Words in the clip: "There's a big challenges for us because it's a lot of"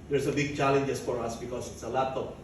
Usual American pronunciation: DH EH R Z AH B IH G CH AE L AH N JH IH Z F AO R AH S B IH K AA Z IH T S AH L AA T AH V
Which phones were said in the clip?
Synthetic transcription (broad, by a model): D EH R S AH B IH G CH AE L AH N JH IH S F AO R AH S B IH K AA S IH T S AH L AA T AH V